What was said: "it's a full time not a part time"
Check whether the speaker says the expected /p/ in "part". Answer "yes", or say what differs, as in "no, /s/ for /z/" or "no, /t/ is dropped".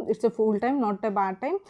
no, /b/ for /p/